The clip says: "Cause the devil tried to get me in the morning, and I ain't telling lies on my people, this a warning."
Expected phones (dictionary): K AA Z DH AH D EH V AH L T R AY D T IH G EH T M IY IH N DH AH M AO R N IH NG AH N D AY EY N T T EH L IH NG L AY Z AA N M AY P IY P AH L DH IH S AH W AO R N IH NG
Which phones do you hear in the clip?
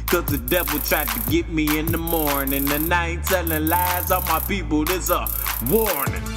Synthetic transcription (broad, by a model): K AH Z DH AH D EH V L T R AY D T IH G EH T M IY IH N DH AH M AO R N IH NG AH N AY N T S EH N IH L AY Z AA M AY P IY P L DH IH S AH W AO R N